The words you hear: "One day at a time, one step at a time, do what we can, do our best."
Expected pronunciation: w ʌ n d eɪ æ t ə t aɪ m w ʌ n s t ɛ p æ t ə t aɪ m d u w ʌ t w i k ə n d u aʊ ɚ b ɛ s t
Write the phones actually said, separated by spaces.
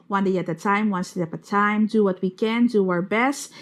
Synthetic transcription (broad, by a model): w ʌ n d eɪ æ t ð t aɪ m w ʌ n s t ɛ æ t ə t aɪ m d u w ʌ t w i k ə n d u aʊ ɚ b ɛ s t